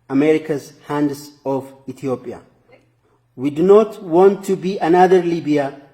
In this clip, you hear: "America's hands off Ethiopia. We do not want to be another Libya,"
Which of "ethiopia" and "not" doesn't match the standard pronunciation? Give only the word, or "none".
ethiopia